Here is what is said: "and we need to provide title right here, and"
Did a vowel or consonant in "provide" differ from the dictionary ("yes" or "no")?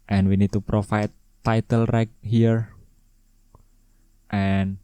yes